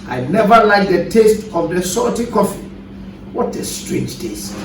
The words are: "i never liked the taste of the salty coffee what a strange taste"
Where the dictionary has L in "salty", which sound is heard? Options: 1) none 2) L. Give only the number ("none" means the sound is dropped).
1